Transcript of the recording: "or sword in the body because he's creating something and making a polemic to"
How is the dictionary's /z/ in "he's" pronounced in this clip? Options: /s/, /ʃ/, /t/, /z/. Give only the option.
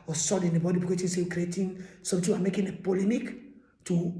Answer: /s/